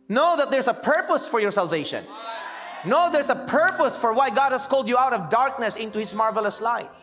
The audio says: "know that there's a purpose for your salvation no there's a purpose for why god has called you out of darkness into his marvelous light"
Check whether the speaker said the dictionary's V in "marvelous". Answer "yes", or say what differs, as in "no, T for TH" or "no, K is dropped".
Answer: yes